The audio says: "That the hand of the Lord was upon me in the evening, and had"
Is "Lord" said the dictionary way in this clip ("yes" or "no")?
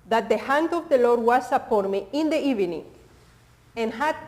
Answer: yes